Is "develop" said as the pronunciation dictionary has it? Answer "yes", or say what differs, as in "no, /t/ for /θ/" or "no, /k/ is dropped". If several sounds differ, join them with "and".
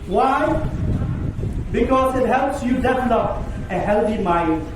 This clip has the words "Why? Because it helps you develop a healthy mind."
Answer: no, /f/ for /v/ and /n/ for /l/